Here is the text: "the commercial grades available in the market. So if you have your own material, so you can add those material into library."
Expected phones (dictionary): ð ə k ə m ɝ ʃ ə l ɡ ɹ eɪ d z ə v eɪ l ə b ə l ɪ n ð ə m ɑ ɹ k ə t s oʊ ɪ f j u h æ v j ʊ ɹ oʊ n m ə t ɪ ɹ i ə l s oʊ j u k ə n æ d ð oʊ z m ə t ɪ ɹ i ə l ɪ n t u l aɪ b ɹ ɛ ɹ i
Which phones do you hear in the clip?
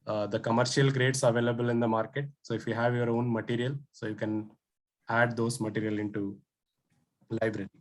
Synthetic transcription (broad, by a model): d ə k ə m ɝ ʃ ə l ɡ ɹ eɪ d s ə v eɪ l ə b ə l ɪ n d ə m ɑ ɹ k ə t s oʊ ɪ f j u h æ v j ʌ ɹ oʊ n m ə t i ɹ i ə l s oʊ j u k ə n æ d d oʊ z m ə t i ɹ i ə l ɪ n t u l aɪ b ɹ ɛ ɹ i